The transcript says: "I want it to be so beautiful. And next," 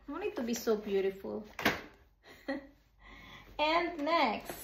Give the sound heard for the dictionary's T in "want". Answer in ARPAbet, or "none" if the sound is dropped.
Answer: none